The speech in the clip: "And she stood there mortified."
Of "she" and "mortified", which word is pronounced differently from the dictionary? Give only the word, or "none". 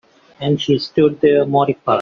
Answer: mortified